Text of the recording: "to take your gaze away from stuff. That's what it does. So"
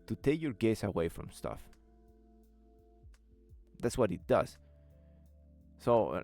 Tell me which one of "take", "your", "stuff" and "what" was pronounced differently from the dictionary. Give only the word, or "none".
none